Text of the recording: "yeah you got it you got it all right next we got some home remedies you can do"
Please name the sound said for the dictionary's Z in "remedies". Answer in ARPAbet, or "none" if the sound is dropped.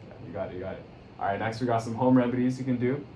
Z